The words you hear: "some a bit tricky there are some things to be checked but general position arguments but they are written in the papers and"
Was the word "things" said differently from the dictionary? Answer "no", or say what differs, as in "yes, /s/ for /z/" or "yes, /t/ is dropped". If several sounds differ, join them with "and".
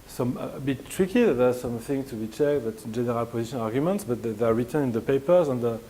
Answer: yes, /z/ is dropped